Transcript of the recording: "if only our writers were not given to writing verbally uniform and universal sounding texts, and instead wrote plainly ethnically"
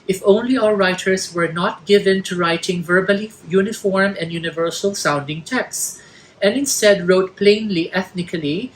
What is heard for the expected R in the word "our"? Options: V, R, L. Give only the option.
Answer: L